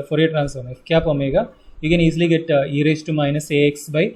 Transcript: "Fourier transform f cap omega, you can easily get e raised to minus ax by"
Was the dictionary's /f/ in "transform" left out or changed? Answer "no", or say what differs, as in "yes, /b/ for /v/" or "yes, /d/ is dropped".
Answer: yes, /f/ is dropped